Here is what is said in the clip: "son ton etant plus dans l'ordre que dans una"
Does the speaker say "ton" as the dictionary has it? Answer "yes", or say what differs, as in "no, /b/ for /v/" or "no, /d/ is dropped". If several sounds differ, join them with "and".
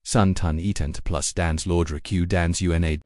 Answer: yes